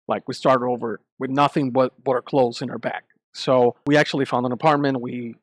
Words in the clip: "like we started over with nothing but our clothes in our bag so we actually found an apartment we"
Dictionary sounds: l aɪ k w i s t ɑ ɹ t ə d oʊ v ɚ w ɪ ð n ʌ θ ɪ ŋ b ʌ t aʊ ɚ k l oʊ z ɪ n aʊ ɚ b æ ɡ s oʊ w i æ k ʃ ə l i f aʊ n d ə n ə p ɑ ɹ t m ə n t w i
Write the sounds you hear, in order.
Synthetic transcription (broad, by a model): l aɪ k w i s t ɑ ɹ t ə d oʊ v ɚ w ɪ ð n ʌ θ ɪ ŋ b ʌ t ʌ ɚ k l oʊ z ɪ n aʊ ɚ b æ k s oʊ w i æ k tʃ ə l i f aʊ n d ə n ə p ɑ ɹ t m ə n t w i